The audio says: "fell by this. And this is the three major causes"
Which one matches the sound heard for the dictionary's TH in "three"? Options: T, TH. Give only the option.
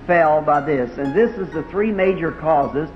TH